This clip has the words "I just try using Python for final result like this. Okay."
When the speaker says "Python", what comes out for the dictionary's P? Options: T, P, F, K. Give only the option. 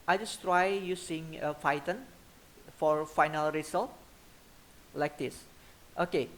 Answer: F